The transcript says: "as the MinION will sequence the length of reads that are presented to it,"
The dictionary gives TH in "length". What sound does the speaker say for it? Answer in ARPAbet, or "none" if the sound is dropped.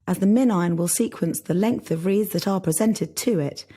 TH